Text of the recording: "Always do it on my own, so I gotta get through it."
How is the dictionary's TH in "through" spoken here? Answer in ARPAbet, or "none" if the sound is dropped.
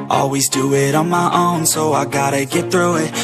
TH